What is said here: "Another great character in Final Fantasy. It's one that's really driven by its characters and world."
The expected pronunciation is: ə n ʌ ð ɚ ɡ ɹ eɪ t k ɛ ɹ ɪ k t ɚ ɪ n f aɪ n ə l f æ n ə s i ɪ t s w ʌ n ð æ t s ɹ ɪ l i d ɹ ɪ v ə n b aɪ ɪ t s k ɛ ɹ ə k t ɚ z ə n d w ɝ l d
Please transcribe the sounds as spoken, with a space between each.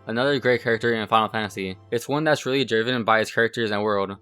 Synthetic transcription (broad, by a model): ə n ʌ ð ɚ ɡ ɹ eɪ t k ɛ ɹ ɪ k t ɚ ɪ n f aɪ ə l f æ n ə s i ɪ t s w ʌ n ð æ t s ɹ ɪ l i d ɹ ɪ v ə n b aɪ ɪ t s k ɛ ɹ ə k t ɚ z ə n w ɝ l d